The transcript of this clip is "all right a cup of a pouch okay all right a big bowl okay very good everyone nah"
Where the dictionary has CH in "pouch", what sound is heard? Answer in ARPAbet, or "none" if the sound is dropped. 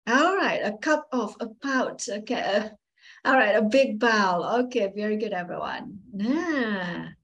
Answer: S